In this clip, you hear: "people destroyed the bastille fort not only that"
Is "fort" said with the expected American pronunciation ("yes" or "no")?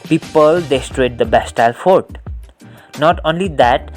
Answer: yes